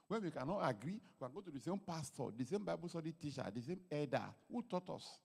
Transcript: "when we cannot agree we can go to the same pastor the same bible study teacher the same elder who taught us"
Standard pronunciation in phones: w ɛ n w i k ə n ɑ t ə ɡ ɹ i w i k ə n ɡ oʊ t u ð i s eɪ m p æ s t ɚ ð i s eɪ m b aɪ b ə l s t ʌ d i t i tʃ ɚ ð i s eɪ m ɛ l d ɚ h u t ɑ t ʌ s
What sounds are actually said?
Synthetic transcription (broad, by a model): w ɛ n w i k ə n ɑ t ə ɡ ɹ i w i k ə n ɡ oʊ t u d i s eɪ m p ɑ s t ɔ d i s eɪ m b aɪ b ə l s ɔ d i t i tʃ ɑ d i s eɪ m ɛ d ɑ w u t ɑ t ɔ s